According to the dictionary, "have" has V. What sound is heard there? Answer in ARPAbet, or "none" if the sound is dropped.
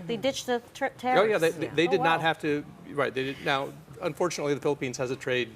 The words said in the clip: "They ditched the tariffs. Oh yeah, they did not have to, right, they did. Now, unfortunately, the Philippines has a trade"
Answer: F